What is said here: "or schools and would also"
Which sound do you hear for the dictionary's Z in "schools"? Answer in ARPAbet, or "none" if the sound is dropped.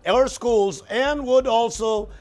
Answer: Z